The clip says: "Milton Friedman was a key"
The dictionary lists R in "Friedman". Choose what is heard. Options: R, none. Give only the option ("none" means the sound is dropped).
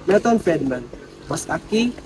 none